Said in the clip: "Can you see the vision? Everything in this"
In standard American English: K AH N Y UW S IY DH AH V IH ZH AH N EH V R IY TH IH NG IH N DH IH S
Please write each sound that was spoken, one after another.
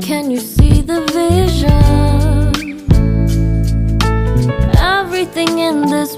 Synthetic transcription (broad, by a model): K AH N Y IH S IY DH AH V IH ZH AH N EH V R IY TH IH NG IH N DH IH S